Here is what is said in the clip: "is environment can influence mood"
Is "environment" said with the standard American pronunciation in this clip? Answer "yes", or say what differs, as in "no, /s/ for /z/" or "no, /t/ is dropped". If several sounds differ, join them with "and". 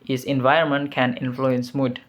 no, /ɹ/ is dropped